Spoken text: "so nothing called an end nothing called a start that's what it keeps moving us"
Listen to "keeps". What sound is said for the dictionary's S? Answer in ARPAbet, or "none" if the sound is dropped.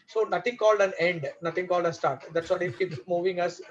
none